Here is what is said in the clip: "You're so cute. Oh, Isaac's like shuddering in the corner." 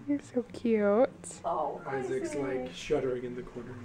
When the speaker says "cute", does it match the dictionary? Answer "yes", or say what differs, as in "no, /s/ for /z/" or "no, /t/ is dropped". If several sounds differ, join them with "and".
yes